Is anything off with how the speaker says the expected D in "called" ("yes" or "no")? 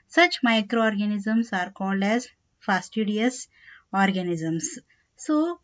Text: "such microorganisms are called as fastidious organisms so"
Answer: no